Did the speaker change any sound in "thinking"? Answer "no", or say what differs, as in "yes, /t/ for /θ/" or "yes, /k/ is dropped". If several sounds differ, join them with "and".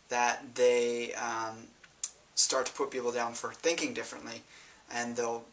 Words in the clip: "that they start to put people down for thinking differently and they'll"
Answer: no